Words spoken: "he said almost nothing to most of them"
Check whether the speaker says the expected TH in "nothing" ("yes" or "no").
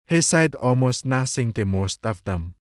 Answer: no